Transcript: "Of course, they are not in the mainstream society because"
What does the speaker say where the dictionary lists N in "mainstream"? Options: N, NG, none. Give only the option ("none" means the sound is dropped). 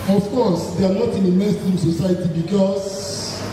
none